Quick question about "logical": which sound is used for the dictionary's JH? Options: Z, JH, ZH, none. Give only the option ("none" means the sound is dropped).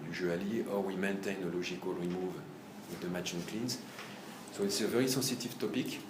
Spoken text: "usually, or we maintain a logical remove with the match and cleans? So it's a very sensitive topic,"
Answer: ZH